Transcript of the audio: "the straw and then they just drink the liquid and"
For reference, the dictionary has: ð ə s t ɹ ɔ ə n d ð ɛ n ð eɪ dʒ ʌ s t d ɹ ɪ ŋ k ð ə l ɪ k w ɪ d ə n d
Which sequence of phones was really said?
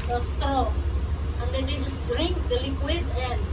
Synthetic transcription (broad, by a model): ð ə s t ɔ ə n d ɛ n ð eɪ dʒ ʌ s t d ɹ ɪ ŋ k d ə l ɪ k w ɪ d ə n